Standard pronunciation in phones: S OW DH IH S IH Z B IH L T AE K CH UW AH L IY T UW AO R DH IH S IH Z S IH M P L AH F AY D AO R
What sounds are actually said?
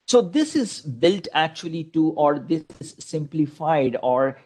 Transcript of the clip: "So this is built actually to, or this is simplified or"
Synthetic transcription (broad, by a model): S OW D IH S IH Z B IH L T AE K CH UW AH L IY T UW AO R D IH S IH Z S IH M P L AH F AY D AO R